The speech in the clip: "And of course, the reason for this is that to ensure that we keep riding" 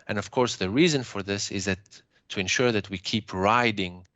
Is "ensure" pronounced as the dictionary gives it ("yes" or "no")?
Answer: yes